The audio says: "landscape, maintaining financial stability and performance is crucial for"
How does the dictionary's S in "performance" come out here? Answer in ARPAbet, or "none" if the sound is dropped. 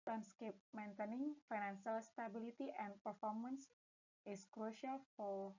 S